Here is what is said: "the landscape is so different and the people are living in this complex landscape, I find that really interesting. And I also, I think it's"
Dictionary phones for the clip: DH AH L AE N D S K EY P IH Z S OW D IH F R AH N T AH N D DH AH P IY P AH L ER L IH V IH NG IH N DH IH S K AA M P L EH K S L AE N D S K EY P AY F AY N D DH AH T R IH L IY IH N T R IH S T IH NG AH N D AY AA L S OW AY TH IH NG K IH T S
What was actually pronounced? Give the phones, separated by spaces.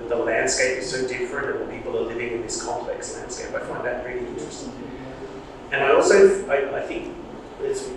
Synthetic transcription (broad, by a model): DH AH L AE N D S K EY P IH Z S OW D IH F R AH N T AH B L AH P IY P L ER L IH V IH NG IH N DH IH S K AA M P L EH K S L AE N D S K EY P AY F AY N DH AH T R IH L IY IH N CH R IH S T IH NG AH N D AY AA L S OW AY TH IH NG K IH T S